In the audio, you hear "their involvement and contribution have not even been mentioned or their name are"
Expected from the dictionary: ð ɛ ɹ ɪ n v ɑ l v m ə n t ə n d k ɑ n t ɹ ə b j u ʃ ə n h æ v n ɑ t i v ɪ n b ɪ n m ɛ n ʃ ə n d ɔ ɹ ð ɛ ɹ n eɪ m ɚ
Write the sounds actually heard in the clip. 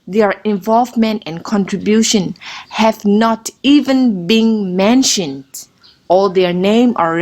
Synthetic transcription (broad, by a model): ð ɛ ɹ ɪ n v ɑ l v m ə n t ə n k ɑ n t ɹ ə b j u ʃ ə n h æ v n ɑ t i v ɪ n b ɪ n m ɛ n ʃ ə n d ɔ l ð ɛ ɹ n eɪ m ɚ